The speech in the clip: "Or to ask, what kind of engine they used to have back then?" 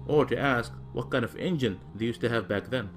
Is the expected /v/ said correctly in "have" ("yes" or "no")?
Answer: yes